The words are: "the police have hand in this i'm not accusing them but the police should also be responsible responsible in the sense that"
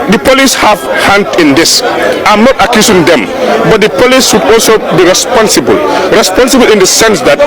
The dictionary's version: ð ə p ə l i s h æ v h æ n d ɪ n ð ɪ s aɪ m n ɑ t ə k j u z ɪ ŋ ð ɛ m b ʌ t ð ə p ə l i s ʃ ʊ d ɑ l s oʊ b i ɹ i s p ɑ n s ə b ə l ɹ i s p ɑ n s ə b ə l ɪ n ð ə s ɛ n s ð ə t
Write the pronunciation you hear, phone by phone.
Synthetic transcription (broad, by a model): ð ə p ə l i s h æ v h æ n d ɪ n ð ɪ s aɪ m n ɑ t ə k j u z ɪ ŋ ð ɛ m b ʌ t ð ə p ə l i s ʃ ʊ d ɑ l s oʊ b i ɹ i s p ɑ n s ə b ə l ɹ i s p ɑ n s ə b ə l ɪ n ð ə s ɛ n s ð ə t